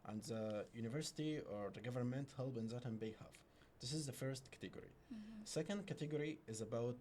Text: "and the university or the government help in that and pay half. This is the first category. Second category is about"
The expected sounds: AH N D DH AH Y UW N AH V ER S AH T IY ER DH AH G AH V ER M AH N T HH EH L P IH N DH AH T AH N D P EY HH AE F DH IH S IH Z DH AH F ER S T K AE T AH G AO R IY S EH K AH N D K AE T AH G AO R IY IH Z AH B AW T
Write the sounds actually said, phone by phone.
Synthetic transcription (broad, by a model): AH N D DH AH Y UW N AH V ER S AH T IY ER DH AH G AH V ER M AH N T HH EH L B IH N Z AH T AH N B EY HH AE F DH IH S IH Z DH AH F ER S T K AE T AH G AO R IY S EH K AH N D K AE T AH G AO R IY IH Z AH B AW T